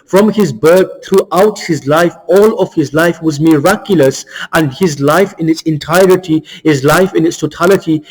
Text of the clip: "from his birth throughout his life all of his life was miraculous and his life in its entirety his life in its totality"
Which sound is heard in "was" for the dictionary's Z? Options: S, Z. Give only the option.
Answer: Z